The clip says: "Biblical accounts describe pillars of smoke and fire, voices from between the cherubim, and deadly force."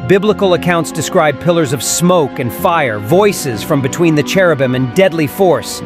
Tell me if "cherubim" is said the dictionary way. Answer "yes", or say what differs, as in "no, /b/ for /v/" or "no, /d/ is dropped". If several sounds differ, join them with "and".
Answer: yes